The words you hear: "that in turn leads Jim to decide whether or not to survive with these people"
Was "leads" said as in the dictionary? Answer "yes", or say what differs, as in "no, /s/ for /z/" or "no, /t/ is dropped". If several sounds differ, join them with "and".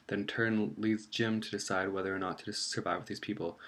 yes